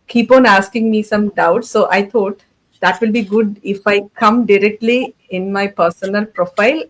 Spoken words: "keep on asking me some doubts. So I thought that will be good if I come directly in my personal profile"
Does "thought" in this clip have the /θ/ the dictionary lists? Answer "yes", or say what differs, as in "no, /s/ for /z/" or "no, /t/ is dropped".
no, /t/ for /θ/